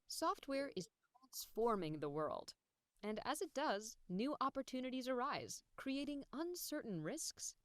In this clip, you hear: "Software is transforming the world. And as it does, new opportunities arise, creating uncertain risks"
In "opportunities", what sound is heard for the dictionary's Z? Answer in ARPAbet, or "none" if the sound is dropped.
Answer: Z